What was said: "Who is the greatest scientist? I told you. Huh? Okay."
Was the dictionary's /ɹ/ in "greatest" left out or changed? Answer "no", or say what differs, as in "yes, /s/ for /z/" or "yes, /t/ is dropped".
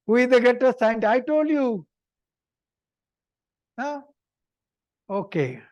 yes, /ɹ/ is dropped